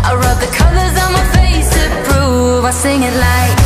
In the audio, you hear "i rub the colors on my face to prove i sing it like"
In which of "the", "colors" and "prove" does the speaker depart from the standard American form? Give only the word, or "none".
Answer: prove